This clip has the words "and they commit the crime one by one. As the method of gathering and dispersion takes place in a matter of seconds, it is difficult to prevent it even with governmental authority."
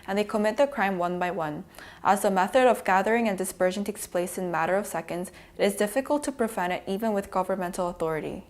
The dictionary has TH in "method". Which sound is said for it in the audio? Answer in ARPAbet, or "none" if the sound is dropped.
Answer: TH